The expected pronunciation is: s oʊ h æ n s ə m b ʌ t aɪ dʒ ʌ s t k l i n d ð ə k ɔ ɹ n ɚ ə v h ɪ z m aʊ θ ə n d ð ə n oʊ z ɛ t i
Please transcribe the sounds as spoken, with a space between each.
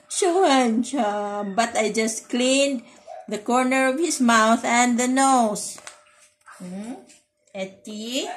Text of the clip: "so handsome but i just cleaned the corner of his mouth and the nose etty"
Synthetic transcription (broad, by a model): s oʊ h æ n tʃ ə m b ʌ t aɪ dʒ ʌ s t k l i n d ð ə k ɔ ɹ n ɚ ə v h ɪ s m aʊ θ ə n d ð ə n oʊ s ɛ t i